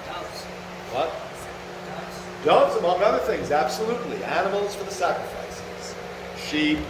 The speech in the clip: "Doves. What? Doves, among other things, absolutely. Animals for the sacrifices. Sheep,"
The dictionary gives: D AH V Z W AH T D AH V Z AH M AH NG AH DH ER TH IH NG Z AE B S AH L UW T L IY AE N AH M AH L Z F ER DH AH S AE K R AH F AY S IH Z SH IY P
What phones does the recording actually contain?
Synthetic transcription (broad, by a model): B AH AH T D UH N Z AH M AH NG AH DH ER TH IH NG Z AE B S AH L UW T L IY AE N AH M L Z F ER DH AH S AE K R AH F AY S IH Z SH IY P